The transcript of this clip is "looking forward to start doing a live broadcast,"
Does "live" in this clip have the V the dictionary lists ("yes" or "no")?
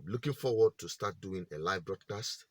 yes